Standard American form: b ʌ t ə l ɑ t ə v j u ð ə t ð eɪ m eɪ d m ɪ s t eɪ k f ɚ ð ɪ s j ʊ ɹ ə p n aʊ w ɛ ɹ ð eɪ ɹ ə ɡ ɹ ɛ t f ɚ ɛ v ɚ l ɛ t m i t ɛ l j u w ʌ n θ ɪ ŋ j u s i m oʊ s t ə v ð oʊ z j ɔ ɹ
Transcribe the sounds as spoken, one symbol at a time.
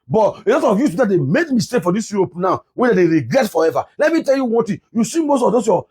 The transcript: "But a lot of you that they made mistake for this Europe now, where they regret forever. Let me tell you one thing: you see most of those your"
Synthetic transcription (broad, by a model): b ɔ t ə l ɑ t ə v j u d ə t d eɪ m eɪ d m ɪ s t eɪ k f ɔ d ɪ s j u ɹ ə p n aʊ w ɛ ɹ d eɪ ɹ ə ɡ ɹ ɛ t f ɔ ɛ v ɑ l ɛ t m i t ɛ l j u w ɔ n t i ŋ j u s i m oʊ s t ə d oʊ s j ɔ